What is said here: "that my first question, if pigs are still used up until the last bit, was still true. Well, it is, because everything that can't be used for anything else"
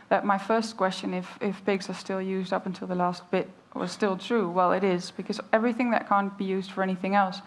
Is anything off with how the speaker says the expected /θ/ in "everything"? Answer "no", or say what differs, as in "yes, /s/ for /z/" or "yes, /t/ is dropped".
no